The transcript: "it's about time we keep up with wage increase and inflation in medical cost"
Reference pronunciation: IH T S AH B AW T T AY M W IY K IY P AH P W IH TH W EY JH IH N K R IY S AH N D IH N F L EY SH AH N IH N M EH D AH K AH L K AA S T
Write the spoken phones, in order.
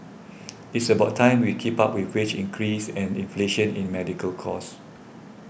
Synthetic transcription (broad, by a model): IH T S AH B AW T T AY M W IY K IY P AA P W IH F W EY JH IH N K R IY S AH N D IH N F L EY SH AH N IH N M EH D AH K AH L K AA S